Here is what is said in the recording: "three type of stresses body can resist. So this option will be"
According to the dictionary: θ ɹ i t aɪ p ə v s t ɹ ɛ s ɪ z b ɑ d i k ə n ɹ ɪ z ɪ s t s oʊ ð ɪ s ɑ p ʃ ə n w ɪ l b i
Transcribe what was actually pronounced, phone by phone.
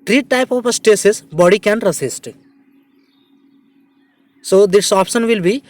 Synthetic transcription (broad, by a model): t ɹ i t aɪ p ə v s t ɛ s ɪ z b ɑ d i k ə n ɹ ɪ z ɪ s t s oʊ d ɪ s ɑ p ʃ ə n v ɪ l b i